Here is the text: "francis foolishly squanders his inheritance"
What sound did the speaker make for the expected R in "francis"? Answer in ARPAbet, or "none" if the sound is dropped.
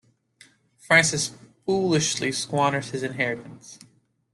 R